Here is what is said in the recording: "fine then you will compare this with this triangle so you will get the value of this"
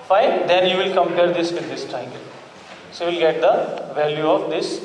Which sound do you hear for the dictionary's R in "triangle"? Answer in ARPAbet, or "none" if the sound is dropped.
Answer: none